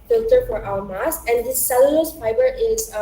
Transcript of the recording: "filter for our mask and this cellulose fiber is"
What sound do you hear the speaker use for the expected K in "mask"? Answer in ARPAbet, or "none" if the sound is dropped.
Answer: none